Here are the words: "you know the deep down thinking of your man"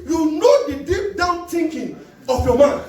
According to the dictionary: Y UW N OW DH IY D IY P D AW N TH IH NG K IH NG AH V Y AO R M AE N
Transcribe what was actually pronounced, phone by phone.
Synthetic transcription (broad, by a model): Y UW N OW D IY D IY P D AW N T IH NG K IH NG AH F Y AO M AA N